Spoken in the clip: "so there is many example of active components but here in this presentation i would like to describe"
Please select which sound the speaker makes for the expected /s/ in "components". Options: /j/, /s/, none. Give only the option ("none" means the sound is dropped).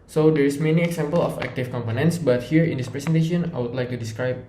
/s/